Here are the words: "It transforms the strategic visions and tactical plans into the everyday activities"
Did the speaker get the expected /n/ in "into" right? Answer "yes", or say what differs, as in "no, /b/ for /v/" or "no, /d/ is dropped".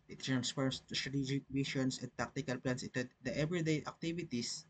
no, /n/ is dropped